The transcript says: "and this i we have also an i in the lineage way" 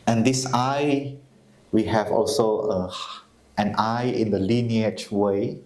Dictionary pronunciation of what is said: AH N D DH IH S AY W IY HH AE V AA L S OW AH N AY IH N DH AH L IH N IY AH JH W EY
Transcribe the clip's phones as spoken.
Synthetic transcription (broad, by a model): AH N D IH S AY W IY HH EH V AA L S OW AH N AY IH N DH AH L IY N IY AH CH W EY